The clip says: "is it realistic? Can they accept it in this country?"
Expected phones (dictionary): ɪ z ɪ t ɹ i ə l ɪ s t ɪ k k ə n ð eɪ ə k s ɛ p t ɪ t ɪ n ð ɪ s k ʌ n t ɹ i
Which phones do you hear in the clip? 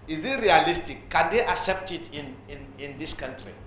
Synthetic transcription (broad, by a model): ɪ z ɪ t ɹ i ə l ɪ s t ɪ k k ə n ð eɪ ə k s ɛ p t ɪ t ɪ n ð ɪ s k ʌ n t ɹ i